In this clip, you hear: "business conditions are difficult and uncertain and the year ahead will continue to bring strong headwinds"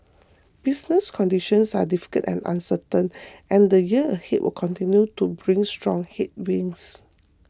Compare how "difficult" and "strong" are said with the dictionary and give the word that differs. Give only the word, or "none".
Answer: difficult